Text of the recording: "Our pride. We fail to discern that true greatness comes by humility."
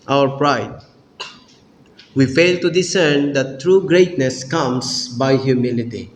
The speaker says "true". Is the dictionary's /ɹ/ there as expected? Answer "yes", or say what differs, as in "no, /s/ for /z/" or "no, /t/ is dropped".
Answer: yes